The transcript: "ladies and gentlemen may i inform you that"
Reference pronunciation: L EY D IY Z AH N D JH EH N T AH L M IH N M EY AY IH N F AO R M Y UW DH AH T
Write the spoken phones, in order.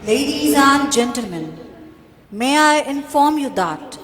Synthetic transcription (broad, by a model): L EY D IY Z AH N JH EH N T AH L M IH N M EY AY IH N F AO R M Y UW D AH T